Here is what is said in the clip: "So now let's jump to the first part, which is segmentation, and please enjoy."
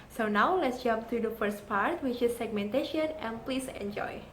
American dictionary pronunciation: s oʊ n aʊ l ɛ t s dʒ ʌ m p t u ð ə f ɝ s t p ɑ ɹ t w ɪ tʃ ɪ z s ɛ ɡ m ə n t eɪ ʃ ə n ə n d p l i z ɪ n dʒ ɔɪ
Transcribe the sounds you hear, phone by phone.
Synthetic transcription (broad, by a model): s oʊ n aʊ l ɛ t s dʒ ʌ m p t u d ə f ɝ s t p ɑ ɹ t w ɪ tʃ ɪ s ɛ ɡ m ə n t eɪ ʃ ə n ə n p l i s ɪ n dʒ ɔɪ